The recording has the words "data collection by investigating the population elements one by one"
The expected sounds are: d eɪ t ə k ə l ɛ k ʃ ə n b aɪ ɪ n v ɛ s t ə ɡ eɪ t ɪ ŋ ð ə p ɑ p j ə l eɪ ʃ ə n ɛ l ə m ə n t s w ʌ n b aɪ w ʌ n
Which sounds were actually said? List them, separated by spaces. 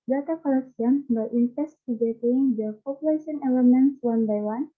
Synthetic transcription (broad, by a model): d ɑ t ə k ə l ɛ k s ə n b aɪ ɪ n f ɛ s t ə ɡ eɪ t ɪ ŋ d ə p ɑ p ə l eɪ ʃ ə n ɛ l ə m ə n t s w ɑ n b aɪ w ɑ n